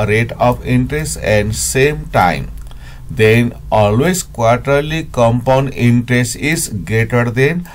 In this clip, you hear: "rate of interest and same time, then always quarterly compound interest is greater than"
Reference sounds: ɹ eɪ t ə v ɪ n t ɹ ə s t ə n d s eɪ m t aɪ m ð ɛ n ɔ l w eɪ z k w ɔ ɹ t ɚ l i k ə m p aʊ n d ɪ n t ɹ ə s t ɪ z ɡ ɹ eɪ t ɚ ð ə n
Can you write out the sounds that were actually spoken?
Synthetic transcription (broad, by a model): ɹ eɪ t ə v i n t ɹ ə s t ə n d s eɪ m t aɪ m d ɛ n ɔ l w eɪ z k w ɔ ɹ t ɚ l i k ə m p aʊ n d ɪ n t ɹ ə s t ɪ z ɡ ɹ eɪ t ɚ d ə n